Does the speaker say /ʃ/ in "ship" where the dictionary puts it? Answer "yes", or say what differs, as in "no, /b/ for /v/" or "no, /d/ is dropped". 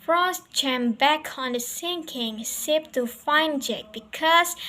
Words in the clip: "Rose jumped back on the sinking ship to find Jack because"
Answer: no, /s/ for /ʃ/